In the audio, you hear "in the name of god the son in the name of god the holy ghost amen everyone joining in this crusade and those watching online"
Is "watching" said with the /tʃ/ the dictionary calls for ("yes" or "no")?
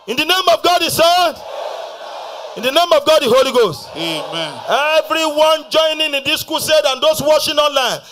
no